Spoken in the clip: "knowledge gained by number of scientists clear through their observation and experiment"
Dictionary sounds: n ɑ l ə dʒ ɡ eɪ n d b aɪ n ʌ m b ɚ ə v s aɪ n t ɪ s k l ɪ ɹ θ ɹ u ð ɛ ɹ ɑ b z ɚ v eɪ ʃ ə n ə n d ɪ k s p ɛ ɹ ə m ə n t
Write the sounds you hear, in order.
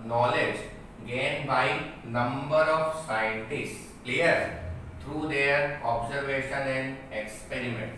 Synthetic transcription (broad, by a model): n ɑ l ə dʒ ɡ eɪ n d b aɪ n ʌ m b ɚ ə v s aɪ n t ɪ s k l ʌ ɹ t ɹ u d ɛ ɹ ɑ b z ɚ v eɪ ʃ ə n ə n d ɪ k s p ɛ ɹ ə m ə n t